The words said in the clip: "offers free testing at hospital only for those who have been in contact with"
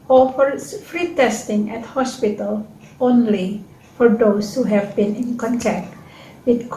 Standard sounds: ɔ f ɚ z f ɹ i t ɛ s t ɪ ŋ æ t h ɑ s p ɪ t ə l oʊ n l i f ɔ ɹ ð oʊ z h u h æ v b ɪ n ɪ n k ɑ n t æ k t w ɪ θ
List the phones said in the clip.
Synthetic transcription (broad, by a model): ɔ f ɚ f ɹ i t ɛ s t ɪ ŋ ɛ t h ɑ s p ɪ t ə l oʊ n l i f ɔ ɹ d oʊ s h u h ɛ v b ɪ n ɪ n k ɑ n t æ k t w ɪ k